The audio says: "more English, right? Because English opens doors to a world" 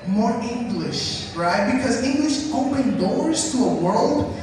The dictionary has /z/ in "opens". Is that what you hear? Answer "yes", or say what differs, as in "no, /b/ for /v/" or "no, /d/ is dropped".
no, /z/ is dropped